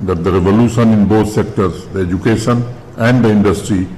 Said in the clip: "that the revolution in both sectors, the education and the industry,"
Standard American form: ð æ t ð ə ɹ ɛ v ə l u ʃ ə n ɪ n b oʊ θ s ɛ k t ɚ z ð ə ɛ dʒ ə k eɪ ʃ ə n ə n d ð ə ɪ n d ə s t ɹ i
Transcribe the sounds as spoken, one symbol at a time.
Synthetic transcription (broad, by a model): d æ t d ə ɹ ɛ v ə l u ʃ ə n ɪ n b oʊ t s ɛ k t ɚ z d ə ɛ dʒ ə k eɪ ʃ ə n ə n d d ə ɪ n d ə s t ɹ i